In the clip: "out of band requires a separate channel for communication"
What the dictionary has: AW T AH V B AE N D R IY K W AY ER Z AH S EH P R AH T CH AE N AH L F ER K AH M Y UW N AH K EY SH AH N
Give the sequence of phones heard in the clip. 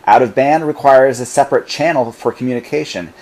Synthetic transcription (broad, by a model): AW T AH V B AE N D R IY K W AY ER Z AH S EH P R AH T CH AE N L F ER K M Y UW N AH K EY SH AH N